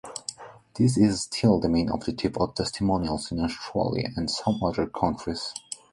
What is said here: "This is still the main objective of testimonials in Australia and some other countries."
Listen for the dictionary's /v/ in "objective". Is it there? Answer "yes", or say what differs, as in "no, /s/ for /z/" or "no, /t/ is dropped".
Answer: no, /p/ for /v/